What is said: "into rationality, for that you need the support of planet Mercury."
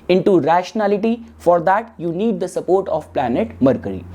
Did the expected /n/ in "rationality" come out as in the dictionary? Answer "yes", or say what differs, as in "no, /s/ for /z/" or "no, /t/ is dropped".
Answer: yes